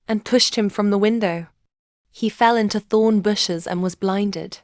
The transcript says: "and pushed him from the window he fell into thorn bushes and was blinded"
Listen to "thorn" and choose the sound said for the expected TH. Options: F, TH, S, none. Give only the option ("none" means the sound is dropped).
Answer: TH